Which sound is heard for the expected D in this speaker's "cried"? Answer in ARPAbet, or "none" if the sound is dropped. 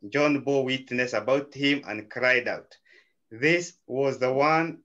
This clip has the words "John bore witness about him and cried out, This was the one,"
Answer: D